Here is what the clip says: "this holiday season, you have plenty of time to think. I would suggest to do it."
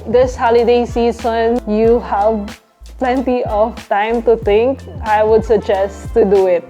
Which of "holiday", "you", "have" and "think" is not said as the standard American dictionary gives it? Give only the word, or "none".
think